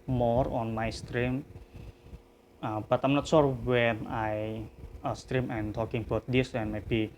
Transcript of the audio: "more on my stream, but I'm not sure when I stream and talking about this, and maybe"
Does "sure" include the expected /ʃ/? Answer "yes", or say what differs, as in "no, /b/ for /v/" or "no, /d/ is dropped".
no, /s/ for /ʃ/